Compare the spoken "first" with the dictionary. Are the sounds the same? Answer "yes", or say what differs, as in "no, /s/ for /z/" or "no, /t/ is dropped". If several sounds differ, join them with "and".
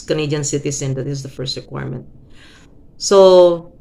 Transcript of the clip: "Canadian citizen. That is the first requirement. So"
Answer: yes